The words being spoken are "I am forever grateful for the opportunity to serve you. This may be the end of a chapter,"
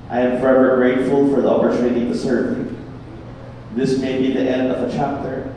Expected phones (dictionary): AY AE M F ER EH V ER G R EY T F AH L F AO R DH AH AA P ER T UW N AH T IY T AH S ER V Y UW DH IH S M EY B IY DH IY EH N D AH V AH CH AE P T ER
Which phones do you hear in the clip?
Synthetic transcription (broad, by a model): AY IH M F ER EH V ER G R EY T F AH L F AO R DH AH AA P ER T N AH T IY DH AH S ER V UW DH IH S M EY B IY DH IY EH N D AH V AH CH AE P T ER